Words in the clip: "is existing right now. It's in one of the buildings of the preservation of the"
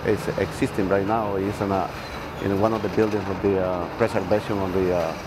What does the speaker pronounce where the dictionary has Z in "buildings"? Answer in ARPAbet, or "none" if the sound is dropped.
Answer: S